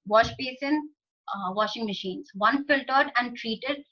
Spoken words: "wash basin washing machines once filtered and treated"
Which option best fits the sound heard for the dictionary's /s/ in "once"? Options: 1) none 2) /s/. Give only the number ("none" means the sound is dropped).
1